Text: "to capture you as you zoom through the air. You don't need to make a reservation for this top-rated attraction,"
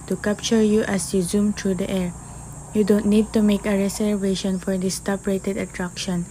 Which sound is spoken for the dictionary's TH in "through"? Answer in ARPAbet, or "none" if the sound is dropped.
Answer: T